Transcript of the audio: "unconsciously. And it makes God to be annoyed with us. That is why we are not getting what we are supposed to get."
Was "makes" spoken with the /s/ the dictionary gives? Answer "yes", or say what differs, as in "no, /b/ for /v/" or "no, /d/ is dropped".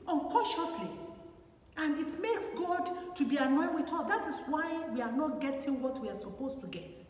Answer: yes